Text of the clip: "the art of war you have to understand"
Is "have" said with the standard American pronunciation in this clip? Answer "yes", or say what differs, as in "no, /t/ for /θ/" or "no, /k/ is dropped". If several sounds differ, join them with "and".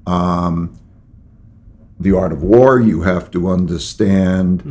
no, /f/ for /v/